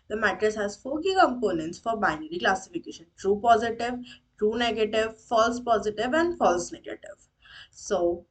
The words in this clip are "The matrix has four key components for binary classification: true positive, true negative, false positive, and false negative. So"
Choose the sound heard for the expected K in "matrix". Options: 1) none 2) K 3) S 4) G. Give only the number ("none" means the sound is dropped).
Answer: 1